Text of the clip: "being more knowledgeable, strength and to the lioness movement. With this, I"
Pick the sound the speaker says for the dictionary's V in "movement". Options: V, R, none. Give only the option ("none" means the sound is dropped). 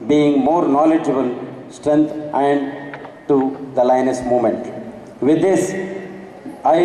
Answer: none